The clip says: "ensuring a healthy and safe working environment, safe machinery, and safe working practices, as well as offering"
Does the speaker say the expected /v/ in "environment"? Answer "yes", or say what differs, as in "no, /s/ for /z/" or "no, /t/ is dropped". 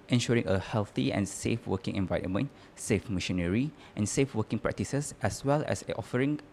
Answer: yes